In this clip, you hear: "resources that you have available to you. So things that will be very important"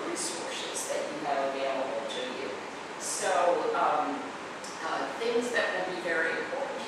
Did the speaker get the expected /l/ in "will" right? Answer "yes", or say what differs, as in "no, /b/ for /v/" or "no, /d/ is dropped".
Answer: no, /n/ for /l/